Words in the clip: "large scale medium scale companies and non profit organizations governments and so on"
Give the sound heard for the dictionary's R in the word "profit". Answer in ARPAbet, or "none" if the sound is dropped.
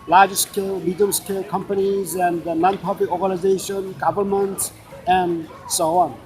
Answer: none